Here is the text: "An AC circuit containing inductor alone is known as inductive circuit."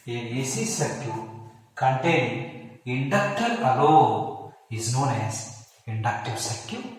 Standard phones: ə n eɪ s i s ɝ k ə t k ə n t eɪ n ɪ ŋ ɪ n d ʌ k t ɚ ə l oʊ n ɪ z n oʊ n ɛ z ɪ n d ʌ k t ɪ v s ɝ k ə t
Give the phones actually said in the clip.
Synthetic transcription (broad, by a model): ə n eɪ s i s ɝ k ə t k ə n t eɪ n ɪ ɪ n d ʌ k t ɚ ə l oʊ ɪ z n oʊ n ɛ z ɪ n d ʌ k t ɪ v s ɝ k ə